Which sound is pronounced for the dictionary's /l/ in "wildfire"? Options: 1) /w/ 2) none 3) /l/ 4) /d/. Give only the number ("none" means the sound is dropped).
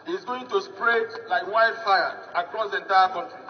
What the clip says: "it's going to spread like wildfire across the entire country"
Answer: 2